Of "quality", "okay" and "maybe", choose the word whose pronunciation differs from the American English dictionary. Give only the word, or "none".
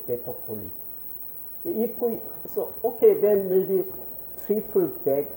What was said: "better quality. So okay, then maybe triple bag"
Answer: quality